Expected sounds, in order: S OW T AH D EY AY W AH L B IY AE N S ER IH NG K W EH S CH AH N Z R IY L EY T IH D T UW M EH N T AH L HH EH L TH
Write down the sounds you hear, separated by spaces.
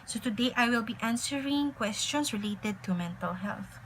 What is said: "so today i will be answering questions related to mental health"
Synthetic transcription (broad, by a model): S OW T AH D EY AY W AH L B IY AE N S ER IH NG K W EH S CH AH N S R IY L EY T IH D T UW M EH N T AH L HH EH L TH